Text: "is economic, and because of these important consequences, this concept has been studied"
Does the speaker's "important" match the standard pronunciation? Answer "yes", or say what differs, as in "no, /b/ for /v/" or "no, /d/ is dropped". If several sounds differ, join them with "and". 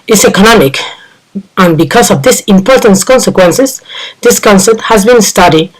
yes